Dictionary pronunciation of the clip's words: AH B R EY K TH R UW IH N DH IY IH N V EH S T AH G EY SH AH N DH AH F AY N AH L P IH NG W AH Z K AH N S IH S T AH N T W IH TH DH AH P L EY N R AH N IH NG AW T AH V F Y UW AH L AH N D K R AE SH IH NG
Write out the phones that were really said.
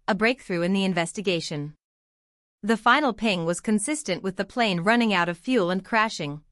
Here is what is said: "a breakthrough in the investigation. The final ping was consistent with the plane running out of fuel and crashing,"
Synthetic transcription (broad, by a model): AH B R EY K TH R UW IH N DH IY IH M V EH S T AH G EY SH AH N DH AH F AY N L P IH NG W AH Z K AH N S IH S T AH N T W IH DH AH P L EY N R AH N IH NG AW T AH V F Y UW L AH N K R AE SH IH NG